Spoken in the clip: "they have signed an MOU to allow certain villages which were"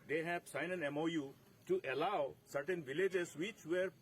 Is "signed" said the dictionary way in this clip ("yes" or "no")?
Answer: no